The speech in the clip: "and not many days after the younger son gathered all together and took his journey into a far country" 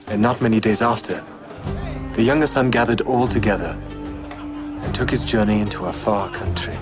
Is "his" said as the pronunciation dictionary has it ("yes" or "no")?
yes